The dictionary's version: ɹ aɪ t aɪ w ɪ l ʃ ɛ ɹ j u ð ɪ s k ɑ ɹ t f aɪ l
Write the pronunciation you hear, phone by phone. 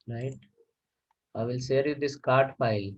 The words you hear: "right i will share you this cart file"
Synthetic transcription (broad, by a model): ɹ aɪ t aɪ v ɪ l s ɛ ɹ j u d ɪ s k ɑ ɹ t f aɪ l